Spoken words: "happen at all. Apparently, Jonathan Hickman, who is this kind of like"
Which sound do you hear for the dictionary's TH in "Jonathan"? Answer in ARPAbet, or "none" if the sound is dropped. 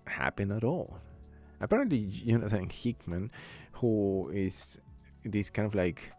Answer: S